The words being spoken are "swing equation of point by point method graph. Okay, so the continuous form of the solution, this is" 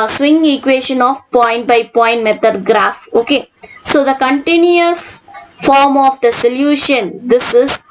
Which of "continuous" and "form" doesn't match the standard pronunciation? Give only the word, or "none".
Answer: none